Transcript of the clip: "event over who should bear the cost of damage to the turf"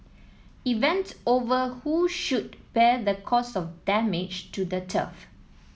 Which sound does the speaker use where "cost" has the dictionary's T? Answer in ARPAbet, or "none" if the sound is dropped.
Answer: none